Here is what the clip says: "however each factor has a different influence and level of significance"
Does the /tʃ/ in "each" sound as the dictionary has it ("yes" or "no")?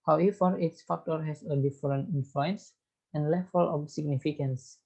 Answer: no